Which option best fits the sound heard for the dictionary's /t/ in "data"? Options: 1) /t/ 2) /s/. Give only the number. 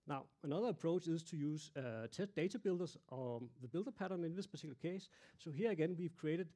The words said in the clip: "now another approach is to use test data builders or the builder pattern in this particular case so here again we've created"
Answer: 2